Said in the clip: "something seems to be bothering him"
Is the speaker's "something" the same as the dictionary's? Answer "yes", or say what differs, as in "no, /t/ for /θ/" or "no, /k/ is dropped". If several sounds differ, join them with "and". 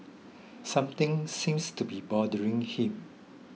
no, /t/ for /θ/